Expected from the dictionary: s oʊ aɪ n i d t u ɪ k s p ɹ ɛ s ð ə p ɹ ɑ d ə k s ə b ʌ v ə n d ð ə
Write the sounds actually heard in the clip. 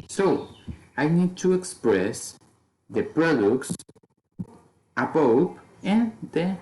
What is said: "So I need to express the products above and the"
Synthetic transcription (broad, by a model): s oʊ aɪ n i d t u ɪ k s p ɹ ɛ s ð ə p ɹ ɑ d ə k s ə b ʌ p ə n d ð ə